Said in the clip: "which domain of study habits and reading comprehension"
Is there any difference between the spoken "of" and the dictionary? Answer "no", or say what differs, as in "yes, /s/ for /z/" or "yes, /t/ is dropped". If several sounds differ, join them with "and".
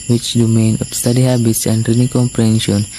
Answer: yes, /p/ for /v/